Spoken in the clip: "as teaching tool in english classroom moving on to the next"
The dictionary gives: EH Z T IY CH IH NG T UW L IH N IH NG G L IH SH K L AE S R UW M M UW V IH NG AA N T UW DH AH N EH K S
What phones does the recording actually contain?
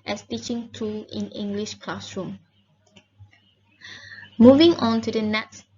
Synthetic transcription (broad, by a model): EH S T IY CH IH NG T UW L IH N IH NG G L IH SH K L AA S R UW M M UW V IH NG AA N T UW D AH N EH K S